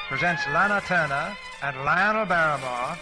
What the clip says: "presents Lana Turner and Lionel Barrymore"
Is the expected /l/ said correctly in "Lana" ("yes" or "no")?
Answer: yes